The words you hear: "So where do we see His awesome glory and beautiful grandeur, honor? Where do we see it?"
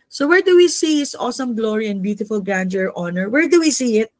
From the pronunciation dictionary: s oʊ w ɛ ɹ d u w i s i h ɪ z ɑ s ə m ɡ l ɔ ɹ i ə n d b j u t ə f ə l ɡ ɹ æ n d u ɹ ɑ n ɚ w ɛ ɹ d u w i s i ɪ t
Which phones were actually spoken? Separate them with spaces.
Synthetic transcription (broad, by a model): s oʊ w ɛ ɹ d u w i s i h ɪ s ɑ s ə m ɡ l ɔ ɹ i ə n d b j u t ə f ə l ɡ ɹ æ n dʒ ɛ ɹ ɑ n ɚ w ɛ ɹ d u w i s i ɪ t